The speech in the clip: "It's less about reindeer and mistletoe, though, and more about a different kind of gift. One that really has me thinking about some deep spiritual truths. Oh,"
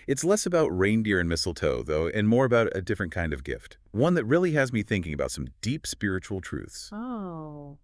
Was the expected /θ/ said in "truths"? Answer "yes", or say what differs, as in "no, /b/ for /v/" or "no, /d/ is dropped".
yes